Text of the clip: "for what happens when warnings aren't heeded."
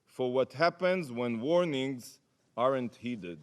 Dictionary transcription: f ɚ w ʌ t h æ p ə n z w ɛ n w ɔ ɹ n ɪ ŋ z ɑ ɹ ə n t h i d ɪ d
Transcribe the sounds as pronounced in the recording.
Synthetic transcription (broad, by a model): f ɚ w ʌ t h æ p ə n z w ɛ n w ɔ ɹ n ɪ ŋ z ɑ ɹ ə n t h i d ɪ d